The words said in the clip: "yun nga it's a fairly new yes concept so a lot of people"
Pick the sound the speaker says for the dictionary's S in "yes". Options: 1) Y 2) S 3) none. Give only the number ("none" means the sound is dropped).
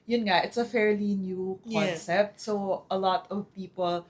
3